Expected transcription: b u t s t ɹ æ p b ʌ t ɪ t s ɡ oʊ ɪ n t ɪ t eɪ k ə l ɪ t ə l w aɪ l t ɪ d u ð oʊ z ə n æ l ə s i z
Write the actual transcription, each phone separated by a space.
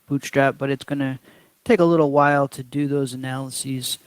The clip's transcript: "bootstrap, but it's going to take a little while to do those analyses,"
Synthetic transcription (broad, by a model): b u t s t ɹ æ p b ʌ t ɪ t s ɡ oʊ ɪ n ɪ t eɪ k ə l ɪ t l w aɪ l t ɪ d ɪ ð oʊ z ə n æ l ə s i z